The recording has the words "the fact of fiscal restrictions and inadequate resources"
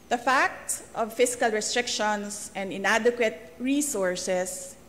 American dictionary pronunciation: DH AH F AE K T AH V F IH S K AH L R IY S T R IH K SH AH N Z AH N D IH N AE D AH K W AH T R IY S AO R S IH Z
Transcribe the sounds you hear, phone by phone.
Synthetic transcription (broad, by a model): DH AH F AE K T AH V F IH S K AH L R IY S T R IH K SH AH N S AH N D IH N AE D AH K W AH T R IY S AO R S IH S